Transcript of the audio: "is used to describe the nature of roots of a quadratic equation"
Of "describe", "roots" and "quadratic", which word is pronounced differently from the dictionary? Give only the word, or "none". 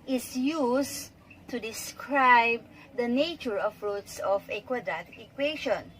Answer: quadratic